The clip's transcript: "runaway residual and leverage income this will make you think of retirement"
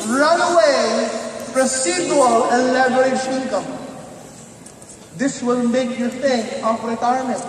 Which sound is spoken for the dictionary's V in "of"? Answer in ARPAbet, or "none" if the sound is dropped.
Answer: P